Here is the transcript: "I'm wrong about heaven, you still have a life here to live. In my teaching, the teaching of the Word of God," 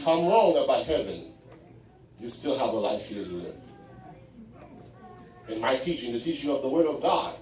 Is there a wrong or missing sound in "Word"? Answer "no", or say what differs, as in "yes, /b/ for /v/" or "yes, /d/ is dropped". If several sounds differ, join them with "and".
no